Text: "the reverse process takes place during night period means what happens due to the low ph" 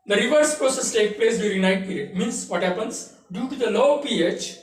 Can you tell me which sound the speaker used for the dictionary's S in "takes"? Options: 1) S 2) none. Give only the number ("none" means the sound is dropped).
2